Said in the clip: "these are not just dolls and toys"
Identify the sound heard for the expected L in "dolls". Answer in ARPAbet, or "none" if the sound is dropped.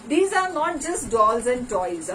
L